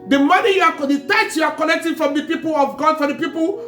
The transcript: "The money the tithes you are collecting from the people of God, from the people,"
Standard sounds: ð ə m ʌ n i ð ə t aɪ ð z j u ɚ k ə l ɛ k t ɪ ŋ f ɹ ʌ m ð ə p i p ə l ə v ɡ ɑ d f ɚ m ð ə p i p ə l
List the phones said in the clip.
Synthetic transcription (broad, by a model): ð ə m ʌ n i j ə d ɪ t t j u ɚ k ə n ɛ k t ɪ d f ɹ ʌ m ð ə p i p ə l ə v ɡ ɑ d f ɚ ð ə p i p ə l